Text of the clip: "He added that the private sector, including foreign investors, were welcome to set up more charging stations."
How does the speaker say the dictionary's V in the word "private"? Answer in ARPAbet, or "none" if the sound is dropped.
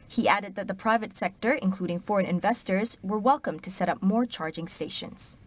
V